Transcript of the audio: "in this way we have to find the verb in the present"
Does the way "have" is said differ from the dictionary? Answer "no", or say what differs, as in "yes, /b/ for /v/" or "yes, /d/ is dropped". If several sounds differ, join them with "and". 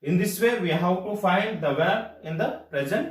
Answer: yes, /w/ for /v/